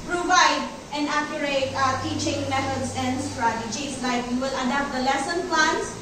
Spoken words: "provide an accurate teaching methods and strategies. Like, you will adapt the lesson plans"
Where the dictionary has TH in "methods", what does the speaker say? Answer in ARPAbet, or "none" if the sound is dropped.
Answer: T